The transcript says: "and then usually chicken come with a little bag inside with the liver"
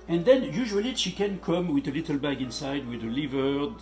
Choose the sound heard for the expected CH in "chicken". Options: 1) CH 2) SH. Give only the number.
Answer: 2